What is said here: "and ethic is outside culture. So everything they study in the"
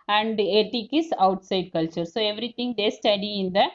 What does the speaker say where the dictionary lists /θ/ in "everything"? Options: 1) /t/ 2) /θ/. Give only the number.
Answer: 1